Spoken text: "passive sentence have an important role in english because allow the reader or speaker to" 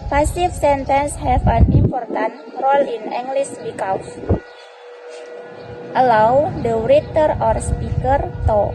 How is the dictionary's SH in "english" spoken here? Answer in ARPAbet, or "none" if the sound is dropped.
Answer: S